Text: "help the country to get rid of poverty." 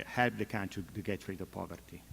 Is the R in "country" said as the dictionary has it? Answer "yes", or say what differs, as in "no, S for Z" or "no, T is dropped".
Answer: no, R is dropped